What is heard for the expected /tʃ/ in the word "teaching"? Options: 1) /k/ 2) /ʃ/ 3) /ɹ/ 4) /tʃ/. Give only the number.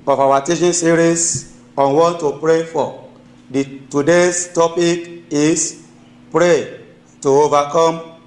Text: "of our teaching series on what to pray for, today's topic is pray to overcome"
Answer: 2